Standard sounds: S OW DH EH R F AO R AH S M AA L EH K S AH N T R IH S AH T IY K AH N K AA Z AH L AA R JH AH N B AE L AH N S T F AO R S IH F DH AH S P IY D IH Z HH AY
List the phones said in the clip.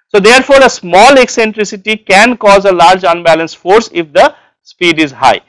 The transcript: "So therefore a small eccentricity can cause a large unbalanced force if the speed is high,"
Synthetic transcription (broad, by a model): S OW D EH R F AO R AH S M AA L EH K S AH N T R IH S AH T IY K AH N K AA Z AH L AA R JH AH N B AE L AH N S F AO R S IH F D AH S P IY D IH Z HH AY